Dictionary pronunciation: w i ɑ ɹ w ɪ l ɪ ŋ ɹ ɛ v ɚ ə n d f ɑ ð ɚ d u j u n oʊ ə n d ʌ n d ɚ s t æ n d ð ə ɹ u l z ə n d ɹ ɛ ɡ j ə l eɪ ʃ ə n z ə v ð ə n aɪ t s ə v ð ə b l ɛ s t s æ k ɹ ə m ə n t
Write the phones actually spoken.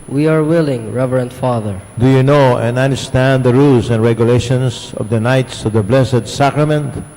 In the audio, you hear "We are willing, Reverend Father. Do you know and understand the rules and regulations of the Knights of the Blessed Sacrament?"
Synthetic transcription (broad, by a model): w i ɑ ɹ w ɪ l ɪ ŋ ɹ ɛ v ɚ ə n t f ɑ ð ɚ d u j u n oʊ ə n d ʌ n d ɚ s t æ n d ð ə ɹ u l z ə n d ɹ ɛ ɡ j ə l eɪ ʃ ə n s ə v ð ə n aɪ t s ə v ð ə b l ɛ s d s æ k ɹ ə m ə n t